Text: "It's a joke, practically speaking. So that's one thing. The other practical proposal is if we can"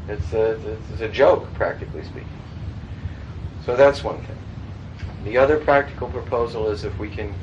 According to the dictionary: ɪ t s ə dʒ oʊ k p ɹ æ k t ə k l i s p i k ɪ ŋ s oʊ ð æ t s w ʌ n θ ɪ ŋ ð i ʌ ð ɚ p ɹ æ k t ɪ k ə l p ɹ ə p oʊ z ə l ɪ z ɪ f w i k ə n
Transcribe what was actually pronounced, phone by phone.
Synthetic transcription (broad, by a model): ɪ t s ə dʒ oʊ k p ɹ æ k t ə k l i s p i k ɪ ŋ s oʊ ð æ t s w ʌ n θ ɪ ŋ ð i ʌ ð ɚ p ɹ æ k t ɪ k l p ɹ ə p oʊ z l ɪ z ɪ f w i k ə n